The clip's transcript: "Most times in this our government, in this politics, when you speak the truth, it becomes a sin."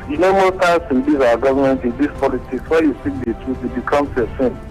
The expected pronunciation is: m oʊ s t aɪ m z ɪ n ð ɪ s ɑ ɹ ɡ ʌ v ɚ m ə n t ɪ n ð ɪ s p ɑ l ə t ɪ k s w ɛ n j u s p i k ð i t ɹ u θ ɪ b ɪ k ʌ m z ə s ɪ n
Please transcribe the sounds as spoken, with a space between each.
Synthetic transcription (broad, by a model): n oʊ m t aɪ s ɪ n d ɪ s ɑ ɡ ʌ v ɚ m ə n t ɪ n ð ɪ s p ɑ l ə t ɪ k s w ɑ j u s i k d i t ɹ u t ɪ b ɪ k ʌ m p ə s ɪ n